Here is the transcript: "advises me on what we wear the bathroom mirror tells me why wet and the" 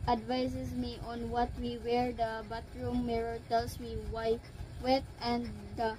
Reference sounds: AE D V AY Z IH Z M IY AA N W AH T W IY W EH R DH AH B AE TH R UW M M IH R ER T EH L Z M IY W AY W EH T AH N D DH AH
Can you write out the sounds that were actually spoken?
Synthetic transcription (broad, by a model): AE D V AY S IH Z M IY AA N W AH T W IY W EH R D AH B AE T R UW M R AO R T EH L S M IY W AY W EH T AH N D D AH